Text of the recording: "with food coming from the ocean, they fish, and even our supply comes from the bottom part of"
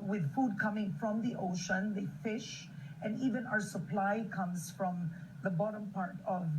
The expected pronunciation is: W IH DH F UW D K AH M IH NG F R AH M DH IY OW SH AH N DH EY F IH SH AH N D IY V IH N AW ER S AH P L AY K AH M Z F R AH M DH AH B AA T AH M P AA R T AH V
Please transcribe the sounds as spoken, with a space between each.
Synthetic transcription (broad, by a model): W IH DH F UW D K AH M IH NG F R AH M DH IY OW SH AH N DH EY F IH SH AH N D IY V IH N AW ER S AH P L AY K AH M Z F R AH M DH AH B AA T AH M P AA R T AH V